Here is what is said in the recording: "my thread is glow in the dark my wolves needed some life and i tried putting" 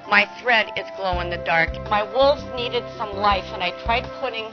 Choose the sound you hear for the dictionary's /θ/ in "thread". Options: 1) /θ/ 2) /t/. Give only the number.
1